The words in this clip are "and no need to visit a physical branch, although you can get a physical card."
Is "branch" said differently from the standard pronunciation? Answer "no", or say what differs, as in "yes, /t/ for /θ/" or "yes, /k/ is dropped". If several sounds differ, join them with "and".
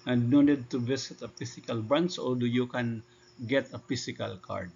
yes, /s/ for /tʃ/